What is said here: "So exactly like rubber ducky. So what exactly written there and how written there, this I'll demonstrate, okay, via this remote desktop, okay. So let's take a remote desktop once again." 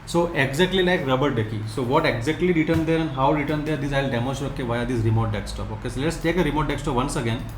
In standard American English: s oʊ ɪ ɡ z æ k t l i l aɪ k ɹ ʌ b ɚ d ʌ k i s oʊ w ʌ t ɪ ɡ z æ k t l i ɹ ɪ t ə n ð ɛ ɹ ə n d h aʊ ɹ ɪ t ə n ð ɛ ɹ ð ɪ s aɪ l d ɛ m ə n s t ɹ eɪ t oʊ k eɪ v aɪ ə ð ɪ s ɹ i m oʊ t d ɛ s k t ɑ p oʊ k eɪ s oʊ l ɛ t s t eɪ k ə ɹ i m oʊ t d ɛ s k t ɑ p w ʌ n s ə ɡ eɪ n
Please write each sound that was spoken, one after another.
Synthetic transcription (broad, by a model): s oʊ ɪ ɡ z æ k t l i l aɪ k ɹ ʌ b ɚ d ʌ k i s oʊ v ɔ t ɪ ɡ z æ k t l i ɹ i t ə n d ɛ ɹ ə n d h aʊ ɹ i t ə n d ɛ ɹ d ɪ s aɪ l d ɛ m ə s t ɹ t oʊ k eɪ v aɪ ə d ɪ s ɹ i m oʊ t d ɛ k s t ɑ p oʊ k eɪ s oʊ l ɛ t s t eɪ k ə ɹ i m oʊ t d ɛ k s t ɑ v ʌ n s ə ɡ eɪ n